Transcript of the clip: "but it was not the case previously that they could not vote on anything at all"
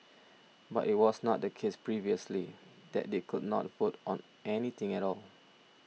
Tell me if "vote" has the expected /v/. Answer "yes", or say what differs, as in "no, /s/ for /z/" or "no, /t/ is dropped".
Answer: no, /f/ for /v/